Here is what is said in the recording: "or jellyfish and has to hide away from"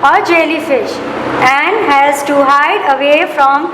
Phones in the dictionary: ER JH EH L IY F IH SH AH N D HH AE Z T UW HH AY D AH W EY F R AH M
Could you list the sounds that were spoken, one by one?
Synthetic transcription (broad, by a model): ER JH EH L IY F IH SH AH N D HH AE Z T UW HH AY D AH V EY F R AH M